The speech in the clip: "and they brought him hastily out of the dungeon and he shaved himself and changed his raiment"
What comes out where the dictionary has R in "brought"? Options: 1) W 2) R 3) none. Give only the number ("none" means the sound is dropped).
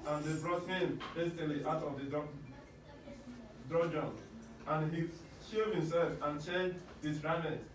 2